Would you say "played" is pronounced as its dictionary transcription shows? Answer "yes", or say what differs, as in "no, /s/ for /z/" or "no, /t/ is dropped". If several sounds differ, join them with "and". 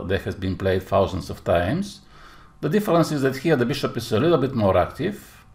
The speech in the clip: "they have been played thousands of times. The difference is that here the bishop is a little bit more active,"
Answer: yes